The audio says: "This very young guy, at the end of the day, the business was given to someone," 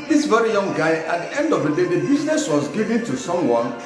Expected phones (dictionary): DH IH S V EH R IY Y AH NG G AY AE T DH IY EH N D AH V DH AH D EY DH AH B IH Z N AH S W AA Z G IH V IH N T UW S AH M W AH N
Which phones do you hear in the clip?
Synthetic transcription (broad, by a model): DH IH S V EH R IY Y AH NG G AY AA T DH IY EH N D AH V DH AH D EY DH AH B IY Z N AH S W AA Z G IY V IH N T UW S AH M W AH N